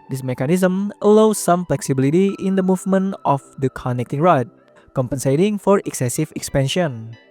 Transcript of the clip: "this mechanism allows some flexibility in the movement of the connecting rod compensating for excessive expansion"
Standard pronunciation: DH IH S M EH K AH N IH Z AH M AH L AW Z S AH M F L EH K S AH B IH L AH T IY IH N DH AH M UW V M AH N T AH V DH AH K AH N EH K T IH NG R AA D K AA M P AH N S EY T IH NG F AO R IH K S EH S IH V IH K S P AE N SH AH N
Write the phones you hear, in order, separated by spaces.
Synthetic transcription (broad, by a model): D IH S M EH K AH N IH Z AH M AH L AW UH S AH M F L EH K S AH B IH L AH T IY IH N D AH M UW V M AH N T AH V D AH K AH N EH K T IH NG R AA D K AA M P AH N S EY T IH NG F AO R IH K S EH S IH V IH K S P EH N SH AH N